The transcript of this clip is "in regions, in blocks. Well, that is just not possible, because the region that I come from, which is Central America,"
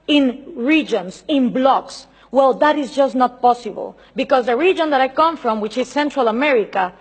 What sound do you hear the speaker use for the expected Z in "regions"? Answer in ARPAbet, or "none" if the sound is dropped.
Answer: S